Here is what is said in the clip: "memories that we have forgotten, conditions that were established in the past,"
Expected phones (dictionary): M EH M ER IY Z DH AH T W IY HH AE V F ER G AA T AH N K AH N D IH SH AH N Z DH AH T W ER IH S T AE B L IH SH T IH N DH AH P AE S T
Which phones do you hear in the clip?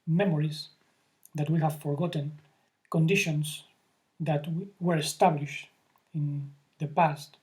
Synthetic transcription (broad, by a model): M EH M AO IY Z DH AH T W IY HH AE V F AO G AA T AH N K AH N D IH SH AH N S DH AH T W ER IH S T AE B L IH SH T IH N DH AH P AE S T